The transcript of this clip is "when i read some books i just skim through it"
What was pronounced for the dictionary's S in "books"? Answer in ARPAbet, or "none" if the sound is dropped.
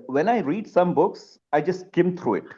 S